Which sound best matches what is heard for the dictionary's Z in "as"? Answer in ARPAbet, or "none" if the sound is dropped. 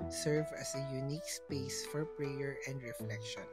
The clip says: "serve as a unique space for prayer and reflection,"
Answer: S